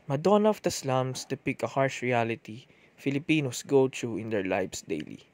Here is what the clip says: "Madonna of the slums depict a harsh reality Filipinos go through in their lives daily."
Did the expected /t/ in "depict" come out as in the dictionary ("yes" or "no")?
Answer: no